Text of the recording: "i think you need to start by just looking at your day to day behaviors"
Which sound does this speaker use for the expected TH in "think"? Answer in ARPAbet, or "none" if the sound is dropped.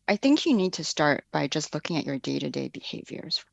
TH